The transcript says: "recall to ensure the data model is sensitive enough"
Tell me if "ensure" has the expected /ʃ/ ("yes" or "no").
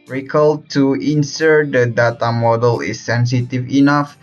no